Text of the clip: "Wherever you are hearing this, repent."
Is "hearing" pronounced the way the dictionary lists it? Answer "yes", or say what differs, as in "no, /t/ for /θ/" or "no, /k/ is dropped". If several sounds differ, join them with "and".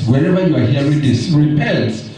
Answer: no, /ɹ/ is dropped